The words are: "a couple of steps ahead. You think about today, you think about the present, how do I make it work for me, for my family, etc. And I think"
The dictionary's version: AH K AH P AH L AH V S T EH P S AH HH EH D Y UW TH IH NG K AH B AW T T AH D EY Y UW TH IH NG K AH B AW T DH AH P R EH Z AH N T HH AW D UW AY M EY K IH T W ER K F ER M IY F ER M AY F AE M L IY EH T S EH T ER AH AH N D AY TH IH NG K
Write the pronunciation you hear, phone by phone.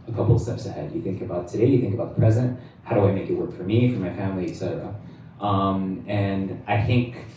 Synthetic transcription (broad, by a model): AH K AH P L S T EH P S AH HH EH D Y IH TH IH NG K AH B AW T T AH D EY Y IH TH IH NG K AH B AW T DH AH P R EH Z AH N T HH AW D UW AY M EY K IH T W ER K F ER M IY F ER M AY F AE M L IY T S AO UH AH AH N AY TH IH NG K